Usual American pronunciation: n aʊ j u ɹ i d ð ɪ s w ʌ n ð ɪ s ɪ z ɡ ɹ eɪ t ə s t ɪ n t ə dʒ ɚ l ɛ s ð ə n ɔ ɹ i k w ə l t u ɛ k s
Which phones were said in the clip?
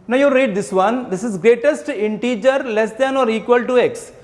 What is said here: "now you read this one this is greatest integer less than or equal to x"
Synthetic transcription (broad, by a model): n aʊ j u ɹ i d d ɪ s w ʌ n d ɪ s ɪ z ɡ ɹ eɪ t ə s t ɪ n t ə dʒ ɚ l ɛ s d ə n ɔ ɹ i k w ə l t u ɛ k s